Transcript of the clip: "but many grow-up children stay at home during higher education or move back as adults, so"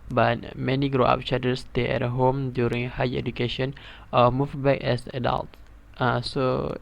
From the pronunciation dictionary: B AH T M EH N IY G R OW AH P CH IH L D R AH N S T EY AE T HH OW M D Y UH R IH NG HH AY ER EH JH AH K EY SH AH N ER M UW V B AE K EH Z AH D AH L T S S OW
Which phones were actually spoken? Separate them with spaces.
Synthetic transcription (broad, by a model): B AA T M EH N IY G R OW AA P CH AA D AH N S T EY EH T HH OW M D Y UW R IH NG HH AY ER EH JH AH K EY SH AH N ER M UW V B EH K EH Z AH D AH L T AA S OW